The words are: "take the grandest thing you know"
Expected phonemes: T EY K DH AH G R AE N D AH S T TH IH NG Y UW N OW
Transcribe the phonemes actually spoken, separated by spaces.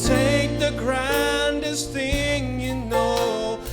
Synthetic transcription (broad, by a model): T EY K DH AH G R AE N D AH S T TH IH NG Y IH N OW